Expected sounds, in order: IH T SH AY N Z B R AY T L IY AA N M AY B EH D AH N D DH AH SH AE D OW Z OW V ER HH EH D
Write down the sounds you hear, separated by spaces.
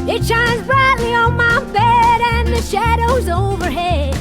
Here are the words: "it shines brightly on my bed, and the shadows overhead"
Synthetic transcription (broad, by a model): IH T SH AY N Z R AY T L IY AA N M AY B EH D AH N DH AH SH AE D OW Z OW V ER HH EH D